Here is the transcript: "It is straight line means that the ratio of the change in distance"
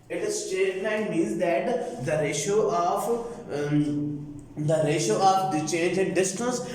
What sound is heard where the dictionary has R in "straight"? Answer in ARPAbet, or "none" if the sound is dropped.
none